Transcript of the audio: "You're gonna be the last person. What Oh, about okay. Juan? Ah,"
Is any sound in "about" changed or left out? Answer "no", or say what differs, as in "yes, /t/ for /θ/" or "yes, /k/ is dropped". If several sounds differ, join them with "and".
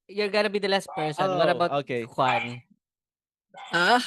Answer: yes, /t/ is dropped